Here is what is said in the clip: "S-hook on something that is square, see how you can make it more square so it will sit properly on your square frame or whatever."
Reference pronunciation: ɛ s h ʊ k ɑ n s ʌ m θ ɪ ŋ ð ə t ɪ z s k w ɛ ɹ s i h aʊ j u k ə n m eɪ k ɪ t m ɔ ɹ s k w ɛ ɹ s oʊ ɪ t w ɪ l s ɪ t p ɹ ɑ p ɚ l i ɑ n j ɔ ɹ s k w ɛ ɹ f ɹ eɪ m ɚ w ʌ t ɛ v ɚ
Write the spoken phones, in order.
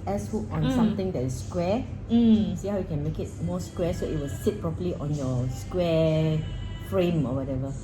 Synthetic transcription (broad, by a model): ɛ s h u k ɑ n s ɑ m t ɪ ŋ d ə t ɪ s s k w ɛ s i h aʊ j u k ə n m eɪ k ɪ t m ɔ s k w ɛ s oʊ ɪ t w ɪ l s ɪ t p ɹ ɑ p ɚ l i ɑ n j ɔ s k w ɛ f ɹ eɪ m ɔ w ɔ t ɛ v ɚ